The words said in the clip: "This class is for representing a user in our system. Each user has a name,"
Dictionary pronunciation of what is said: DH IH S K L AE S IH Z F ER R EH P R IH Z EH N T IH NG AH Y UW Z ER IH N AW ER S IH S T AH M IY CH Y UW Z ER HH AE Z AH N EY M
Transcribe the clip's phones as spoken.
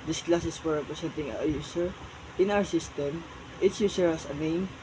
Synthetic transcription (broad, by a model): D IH S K L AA S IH S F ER R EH P R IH S EH N T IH NG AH Y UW S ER IH N AW ER S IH S T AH M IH S Y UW S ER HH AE S AH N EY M